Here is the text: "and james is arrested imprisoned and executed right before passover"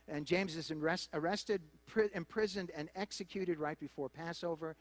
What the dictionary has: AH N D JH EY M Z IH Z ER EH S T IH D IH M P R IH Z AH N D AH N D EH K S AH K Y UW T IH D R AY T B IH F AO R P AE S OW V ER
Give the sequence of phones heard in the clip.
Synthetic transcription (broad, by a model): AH N JH EY M Z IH Z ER EH S T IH D IH M P R IH Z AH N D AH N EH K S AH K Y UW T IH D R AY T B IH F AO R P AE S OW V ER